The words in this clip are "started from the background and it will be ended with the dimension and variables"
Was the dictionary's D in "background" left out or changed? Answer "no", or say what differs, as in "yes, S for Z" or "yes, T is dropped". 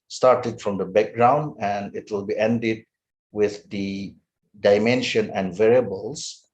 no